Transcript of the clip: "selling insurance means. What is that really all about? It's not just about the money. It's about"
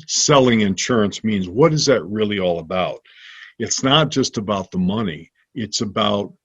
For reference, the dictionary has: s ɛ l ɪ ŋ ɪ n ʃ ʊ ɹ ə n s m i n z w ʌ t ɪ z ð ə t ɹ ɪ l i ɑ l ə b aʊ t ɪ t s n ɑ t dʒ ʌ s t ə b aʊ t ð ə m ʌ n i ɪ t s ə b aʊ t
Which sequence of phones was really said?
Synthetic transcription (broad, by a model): s ɛ l ɪ ŋ ɪ n ʃ ʊ ɹ ə n s m i n z w ʌ t ɪ z ð ə t ɹ ɪ l i ɑ l ə b aʊ t ɪ t s n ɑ t dʒ ʌ s t ə b aʊ t ð ə m ʌ n i ɪ t s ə b aʊ t